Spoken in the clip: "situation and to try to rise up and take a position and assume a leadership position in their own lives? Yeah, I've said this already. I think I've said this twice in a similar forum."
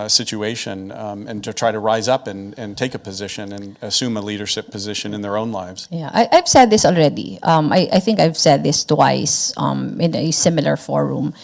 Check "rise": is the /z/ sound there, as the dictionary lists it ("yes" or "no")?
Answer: yes